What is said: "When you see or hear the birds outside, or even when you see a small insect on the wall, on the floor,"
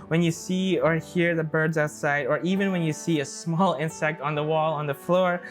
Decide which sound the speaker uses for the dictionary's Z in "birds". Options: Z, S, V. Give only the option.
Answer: Z